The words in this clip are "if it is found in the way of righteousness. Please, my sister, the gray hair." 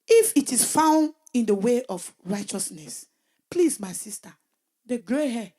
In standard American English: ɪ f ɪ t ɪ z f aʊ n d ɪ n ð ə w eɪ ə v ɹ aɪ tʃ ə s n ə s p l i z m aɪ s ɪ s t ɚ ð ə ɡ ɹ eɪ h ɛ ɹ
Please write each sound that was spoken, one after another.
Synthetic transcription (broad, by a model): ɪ f ɪ t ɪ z f aʊ n d ɪ n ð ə w eɪ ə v ɹ aɪ tʃ ə s n ə s p l i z m aɪ s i s t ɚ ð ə ɡ ɹ eɪ h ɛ